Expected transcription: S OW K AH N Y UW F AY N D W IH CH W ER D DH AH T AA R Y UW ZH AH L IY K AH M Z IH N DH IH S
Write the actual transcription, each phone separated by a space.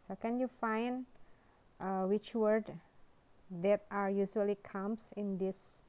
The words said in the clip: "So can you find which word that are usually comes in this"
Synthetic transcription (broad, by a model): S OW K AH N Y UW F AY N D W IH CH W ER D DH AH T AA R Y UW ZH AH L IY K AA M S IH N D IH S